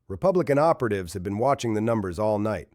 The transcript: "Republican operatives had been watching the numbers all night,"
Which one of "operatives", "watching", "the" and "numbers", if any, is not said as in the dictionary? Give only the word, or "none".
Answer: none